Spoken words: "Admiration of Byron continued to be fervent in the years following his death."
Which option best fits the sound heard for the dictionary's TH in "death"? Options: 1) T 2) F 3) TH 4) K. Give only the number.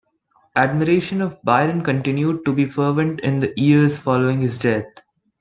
1